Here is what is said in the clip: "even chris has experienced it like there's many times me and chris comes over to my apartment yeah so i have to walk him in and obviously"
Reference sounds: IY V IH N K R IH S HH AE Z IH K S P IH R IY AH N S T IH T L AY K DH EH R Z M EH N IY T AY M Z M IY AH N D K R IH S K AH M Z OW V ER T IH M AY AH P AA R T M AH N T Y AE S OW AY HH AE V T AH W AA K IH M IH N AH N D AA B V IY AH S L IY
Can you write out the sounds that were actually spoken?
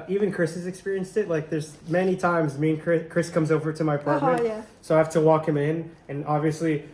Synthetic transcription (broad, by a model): IY V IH N K R IH S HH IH Z IH K S P IH R IY AH N S T IH T L AY K DH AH R Z M EH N IY T AY M Z M IY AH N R K R IH S K AH M Z OW V ER T IH M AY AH P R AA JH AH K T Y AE S OW AY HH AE F T AH W AA K IH M IH N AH N AA B V IY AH S L IY